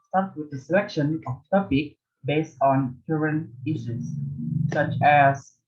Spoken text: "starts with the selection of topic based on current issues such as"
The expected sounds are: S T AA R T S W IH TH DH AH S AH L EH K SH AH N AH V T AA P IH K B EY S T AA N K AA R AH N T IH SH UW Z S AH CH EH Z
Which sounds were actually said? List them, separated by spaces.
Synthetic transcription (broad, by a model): S T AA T W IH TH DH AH S AH L EH K SH AH N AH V T AA P IH K B EY S T AA N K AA R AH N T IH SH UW S AH CH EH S